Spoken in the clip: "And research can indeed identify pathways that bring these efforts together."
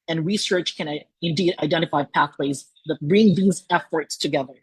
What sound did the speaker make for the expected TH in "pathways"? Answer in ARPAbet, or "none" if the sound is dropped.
TH